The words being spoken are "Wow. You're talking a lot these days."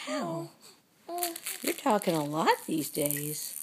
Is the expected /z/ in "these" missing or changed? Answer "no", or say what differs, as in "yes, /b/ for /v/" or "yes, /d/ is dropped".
no